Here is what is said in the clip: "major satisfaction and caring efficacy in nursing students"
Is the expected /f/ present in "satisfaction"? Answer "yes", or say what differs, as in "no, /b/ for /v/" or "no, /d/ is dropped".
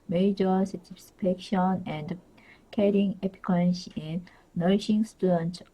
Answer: no, /p/ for /f/